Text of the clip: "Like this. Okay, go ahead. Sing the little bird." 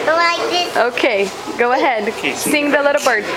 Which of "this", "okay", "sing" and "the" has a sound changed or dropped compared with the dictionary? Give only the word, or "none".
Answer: this